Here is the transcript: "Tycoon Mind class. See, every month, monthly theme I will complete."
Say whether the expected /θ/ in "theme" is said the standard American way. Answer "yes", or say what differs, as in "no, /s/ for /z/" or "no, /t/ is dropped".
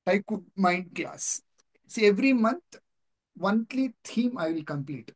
no, /t/ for /θ/